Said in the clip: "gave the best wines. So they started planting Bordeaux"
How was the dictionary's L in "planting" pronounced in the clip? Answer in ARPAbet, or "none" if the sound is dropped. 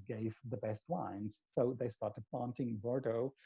none